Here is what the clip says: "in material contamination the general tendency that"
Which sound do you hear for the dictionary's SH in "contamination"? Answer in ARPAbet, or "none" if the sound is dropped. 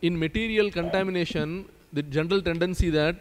SH